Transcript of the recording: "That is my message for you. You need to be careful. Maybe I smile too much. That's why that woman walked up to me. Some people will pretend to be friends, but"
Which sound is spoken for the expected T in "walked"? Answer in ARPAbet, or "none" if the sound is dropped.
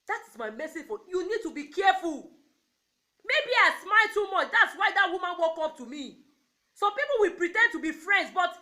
none